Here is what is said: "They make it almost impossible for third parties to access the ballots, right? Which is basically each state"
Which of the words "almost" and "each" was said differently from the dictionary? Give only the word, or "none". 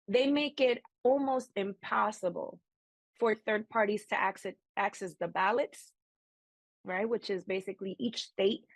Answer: none